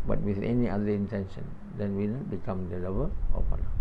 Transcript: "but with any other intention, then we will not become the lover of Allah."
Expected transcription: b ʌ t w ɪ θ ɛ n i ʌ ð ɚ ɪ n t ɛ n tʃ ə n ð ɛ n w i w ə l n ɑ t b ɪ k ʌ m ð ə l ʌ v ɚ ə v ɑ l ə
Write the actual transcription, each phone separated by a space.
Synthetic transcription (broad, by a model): b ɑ t w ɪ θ ɛ n i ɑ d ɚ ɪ n t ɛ n ʃ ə n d ɛ n w i n ɑ t b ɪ k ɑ m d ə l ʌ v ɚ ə p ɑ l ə